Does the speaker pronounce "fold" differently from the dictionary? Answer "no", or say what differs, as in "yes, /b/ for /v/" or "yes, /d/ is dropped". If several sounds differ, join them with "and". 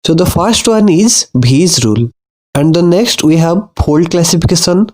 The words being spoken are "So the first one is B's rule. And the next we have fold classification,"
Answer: yes, /p/ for /f/